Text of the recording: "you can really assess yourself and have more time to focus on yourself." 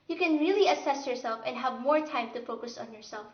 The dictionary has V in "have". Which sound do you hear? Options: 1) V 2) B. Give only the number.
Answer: 1